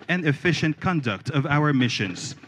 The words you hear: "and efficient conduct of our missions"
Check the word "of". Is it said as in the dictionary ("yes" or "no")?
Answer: yes